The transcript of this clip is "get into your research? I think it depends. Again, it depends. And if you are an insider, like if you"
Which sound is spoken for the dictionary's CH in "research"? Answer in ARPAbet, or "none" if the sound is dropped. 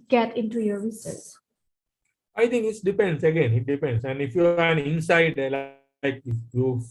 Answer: S